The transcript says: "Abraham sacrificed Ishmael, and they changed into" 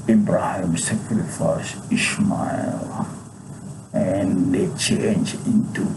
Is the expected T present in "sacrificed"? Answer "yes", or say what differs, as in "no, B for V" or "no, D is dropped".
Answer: no, T is dropped